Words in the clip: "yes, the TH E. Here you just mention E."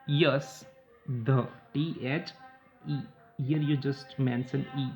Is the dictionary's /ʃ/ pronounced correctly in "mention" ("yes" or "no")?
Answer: no